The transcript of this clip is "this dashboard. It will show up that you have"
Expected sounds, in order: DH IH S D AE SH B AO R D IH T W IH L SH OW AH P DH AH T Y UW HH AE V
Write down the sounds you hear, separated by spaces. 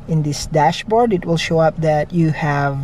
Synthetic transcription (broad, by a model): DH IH S D AE SH B AO R D IH T W IH L SH OW AH P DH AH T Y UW HH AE V